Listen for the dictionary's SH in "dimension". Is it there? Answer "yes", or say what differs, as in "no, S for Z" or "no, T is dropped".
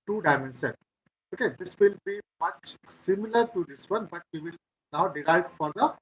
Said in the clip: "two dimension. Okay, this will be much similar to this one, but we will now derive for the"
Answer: no, S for SH